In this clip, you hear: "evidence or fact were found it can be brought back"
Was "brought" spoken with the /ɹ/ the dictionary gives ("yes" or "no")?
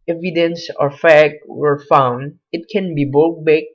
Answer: no